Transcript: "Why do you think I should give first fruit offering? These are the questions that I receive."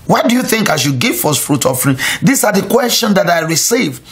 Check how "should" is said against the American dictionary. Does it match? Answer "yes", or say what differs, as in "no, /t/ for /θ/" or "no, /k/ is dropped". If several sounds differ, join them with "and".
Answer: no, /s/ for /ʃ/